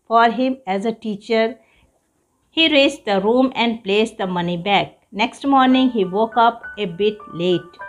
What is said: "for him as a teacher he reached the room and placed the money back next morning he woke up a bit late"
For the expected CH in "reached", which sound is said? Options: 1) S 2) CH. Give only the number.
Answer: 1